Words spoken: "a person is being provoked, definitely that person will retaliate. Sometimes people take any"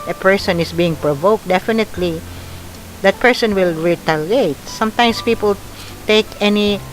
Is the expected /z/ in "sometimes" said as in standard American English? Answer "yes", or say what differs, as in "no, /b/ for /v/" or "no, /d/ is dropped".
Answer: no, /s/ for /z/